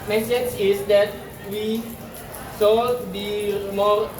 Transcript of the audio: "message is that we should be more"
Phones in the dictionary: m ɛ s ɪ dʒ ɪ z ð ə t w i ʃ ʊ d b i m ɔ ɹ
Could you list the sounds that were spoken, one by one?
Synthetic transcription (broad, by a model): m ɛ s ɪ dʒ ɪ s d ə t w i s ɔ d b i m ɔ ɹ